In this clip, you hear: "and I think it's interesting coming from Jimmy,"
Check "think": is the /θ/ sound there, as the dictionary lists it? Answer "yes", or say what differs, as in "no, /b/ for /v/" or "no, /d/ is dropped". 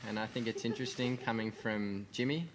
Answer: yes